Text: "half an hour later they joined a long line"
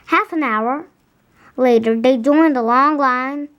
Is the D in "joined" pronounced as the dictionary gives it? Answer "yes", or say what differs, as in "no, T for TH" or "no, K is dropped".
yes